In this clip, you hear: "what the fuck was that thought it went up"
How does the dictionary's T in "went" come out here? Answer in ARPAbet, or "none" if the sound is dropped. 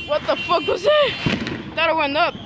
none